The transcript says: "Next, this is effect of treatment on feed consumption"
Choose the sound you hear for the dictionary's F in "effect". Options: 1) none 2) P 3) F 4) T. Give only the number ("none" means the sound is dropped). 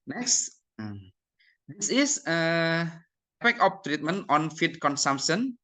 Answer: 2